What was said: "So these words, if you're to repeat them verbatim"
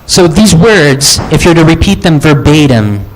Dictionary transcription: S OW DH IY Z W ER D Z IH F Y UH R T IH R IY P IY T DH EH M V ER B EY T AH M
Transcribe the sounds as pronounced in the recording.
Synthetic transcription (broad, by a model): S OW DH IY Z W ER D Z IH F Y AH R T IH R IY P IY T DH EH M V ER B EY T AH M